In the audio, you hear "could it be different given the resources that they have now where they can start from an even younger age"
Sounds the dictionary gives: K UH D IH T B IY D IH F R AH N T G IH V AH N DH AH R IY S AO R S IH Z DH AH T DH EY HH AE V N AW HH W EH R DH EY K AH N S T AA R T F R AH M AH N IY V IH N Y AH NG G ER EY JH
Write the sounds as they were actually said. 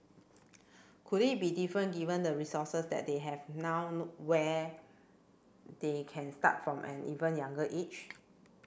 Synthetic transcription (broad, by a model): K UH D IH T B IY D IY F R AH N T G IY V AH N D AH R IY S AO S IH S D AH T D EY HH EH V N AW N W EH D EY K AH N S T AA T F R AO M AH N IY V IH N Y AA NG G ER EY CH